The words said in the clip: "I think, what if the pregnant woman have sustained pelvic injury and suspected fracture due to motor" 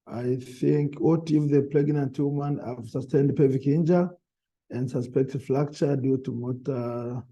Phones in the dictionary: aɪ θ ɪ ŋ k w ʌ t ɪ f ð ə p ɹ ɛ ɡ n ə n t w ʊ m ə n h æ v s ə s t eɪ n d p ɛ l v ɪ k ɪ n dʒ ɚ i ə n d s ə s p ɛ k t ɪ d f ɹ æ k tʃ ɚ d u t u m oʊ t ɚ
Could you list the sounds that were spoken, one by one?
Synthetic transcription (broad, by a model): aɪ θ ɪ ŋ k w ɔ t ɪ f ð ə p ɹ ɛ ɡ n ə n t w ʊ m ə n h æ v s ə s t eɪ n d p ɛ v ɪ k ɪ n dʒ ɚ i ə n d s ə s p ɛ k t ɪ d f l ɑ k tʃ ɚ d u t u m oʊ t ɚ